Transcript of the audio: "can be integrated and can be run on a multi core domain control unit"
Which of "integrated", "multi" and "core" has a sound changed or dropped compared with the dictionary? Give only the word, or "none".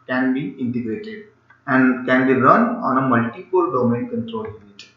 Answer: core